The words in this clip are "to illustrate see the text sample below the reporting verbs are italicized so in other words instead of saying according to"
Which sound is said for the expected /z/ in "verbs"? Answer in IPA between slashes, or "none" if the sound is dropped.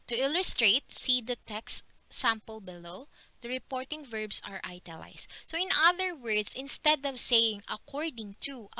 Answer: /s/